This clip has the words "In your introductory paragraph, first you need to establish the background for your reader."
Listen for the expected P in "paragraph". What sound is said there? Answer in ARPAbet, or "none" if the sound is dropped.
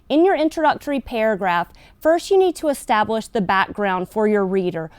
P